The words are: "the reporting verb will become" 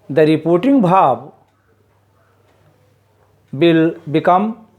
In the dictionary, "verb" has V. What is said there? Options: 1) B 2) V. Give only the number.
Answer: 1